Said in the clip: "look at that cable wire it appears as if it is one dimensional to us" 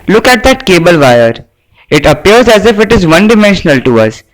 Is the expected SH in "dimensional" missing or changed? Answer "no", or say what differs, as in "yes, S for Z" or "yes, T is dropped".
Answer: no